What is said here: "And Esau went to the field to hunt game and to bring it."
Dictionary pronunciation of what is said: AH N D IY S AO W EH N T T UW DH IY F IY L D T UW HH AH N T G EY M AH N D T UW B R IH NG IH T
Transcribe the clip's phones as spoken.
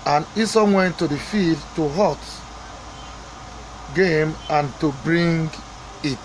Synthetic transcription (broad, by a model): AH N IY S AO W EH N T T UW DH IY F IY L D T UW HH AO T G EY M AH N T UW B R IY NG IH T